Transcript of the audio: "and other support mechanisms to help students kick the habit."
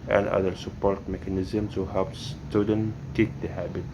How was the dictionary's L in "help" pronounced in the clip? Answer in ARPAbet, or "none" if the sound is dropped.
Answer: none